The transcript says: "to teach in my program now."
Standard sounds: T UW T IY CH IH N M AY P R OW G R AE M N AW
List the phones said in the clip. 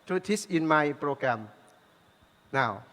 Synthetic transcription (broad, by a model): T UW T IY S IH N M AY P R OW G R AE M N AW